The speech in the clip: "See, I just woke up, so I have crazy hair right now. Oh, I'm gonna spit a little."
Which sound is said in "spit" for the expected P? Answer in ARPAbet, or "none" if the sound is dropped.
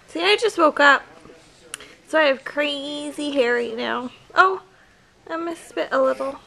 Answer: B